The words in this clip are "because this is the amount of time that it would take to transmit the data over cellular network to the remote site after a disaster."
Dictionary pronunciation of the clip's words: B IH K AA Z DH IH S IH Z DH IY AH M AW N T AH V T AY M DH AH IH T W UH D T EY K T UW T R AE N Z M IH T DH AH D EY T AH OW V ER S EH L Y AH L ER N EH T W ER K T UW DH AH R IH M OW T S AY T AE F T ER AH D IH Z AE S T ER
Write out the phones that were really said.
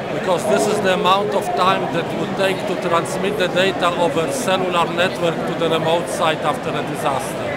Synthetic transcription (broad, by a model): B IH K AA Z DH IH S IH Z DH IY AH M AW N T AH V T AY M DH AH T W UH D T EY K T UW T R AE N S M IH T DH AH D EY T AH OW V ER S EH L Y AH L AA N EH T W ER K T UW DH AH R IH M OW T S AY T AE F T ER AH D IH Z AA S T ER